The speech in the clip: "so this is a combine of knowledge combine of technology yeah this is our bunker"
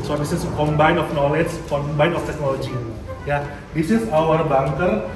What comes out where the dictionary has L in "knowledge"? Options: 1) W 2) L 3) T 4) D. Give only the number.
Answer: 2